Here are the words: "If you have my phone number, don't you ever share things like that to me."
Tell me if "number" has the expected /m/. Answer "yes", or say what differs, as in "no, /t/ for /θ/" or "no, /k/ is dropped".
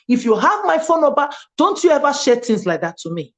no, /m/ is dropped